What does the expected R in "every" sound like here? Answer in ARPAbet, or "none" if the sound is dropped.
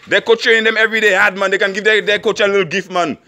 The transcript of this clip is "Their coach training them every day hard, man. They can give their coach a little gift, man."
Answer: R